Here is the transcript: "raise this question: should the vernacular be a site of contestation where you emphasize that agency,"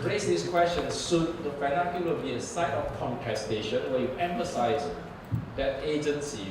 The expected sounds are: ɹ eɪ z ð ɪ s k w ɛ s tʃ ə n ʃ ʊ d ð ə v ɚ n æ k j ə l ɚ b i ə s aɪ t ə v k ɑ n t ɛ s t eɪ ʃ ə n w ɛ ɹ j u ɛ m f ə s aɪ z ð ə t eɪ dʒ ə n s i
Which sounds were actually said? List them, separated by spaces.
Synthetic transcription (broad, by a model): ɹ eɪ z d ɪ s k w ɛ s tʃ ə n s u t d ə f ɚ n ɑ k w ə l b i ə s aɪ t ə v k ɑ n t ɛ s t eɪ ʃ ə n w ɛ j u ɛ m f ə s aɪ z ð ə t eɪ dʒ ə n s i